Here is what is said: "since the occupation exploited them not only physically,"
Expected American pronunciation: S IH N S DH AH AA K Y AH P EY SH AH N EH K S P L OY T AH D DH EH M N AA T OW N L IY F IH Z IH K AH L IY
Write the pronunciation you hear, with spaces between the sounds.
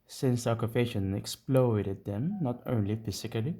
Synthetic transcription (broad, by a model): S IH N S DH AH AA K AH F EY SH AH N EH K S P L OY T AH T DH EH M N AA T OW N L IY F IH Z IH K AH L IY